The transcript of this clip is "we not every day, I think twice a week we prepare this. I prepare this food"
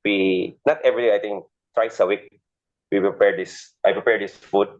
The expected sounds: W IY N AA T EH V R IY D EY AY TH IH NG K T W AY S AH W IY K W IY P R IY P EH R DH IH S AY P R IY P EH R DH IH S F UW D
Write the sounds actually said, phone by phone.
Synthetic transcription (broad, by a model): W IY N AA T EH V R IY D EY AY T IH NG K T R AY S AH W IY K W IY P R IY P EH R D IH S AY P R IY P EH R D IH S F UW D